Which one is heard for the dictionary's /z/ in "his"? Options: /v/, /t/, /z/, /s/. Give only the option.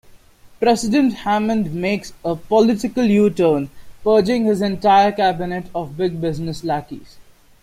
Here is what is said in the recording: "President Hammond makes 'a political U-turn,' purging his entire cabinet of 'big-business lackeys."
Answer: /z/